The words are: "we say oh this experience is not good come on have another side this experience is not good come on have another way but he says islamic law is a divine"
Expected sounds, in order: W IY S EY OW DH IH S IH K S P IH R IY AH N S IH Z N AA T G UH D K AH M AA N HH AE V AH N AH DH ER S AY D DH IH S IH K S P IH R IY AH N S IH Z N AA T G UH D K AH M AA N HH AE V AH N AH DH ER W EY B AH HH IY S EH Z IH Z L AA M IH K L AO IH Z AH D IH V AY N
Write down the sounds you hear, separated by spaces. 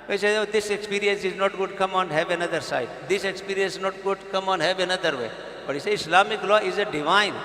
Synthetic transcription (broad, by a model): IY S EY OW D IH S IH K S P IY R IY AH N S IH Z N AA T G UH D K AH M AA N HH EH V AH N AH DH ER S AY D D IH S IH K S P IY R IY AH N S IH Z N AA T G UH D K AH M AA N HH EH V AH N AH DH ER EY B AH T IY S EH IH S L AA M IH K L AO IH Z AH D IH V AY N